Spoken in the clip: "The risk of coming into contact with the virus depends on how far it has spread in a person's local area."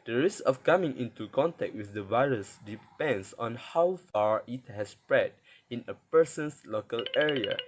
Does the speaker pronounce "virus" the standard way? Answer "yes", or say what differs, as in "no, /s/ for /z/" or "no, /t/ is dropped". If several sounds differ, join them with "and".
yes